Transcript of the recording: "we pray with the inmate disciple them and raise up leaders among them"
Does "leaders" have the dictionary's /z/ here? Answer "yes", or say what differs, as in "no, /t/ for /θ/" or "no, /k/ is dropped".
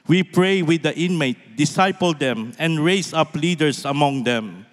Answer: no, /s/ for /z/